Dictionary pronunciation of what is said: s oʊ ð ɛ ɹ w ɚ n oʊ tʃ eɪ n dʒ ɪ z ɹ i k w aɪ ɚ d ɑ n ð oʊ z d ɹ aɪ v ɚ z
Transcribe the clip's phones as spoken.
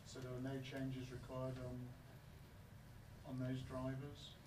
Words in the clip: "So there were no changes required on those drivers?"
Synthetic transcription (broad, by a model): s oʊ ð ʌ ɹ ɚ n oʊ tʃ eɪ n dʒ ɪ z ɹ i k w aɪ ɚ d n n ð oʊ z d ɹ aɪ v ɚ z